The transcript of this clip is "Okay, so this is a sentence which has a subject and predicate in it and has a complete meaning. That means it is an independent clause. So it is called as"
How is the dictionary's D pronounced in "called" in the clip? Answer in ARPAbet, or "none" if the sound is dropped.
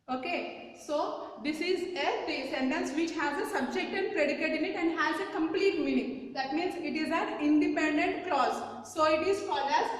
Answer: none